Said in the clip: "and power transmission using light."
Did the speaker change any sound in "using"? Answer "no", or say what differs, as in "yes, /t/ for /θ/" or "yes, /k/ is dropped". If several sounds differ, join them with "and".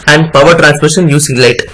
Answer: yes, /s/ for /z/